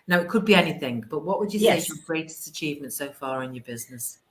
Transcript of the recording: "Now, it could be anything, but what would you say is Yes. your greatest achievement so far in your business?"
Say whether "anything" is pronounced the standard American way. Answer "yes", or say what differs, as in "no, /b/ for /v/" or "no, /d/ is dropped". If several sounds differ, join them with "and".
yes